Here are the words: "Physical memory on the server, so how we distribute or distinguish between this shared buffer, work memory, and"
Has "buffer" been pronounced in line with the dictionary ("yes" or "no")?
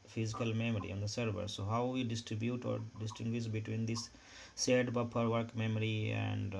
no